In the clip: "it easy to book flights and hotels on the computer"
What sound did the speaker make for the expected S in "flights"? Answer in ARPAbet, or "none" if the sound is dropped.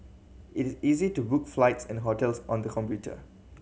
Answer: S